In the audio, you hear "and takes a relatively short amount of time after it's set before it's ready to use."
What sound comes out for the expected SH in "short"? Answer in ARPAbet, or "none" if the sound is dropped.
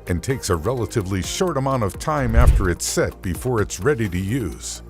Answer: SH